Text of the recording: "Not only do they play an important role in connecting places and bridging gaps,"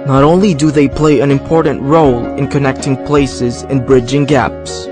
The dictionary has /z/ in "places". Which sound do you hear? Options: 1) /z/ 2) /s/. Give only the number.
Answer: 1